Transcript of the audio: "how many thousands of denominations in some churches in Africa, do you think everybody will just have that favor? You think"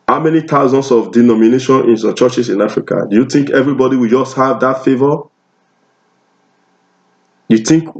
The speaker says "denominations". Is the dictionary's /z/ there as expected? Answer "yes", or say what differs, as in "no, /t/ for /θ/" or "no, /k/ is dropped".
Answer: no, /z/ is dropped